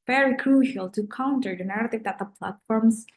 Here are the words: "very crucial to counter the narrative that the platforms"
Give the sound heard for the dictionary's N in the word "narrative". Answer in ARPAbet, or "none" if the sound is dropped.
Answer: N